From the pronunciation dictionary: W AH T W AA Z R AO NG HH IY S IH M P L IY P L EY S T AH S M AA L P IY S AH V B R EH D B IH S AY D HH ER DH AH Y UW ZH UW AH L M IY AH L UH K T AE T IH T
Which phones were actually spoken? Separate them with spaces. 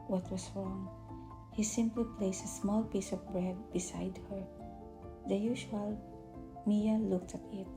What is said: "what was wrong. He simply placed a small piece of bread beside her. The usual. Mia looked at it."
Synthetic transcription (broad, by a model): W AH T W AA S R AO NG HH IY S IH M P L IY P L EY S T AH S M AA L P IY S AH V B R EH D B IH S AY D HH ER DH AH Y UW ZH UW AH L M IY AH L UH K T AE T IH T